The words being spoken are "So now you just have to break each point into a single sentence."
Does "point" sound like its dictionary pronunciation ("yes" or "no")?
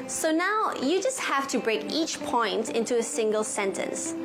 yes